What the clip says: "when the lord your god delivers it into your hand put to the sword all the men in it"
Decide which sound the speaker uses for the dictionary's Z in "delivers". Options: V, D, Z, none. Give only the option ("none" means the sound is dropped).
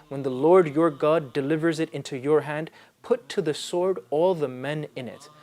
Z